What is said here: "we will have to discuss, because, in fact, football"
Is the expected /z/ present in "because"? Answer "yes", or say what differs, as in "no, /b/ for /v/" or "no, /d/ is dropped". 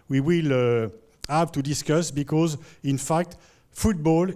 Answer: yes